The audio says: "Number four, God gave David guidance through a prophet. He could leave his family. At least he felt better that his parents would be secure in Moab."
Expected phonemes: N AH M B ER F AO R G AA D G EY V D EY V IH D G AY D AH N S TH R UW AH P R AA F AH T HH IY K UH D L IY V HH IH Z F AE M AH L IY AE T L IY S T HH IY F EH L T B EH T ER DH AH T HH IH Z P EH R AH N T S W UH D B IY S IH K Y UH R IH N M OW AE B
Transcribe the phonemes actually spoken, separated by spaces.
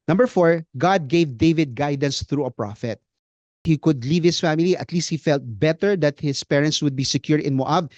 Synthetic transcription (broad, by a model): N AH M B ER F AO R G AA D G EY V D EY V IH D G AY D AH N S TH R UW AH P R AA F AH T HH IY K UH D L IY V HH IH S F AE M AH L IY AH T L IY S T HH IY F EH L T B EH T ER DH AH T HH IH S P EH R AH N T S W UH D B IY S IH K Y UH R IH N M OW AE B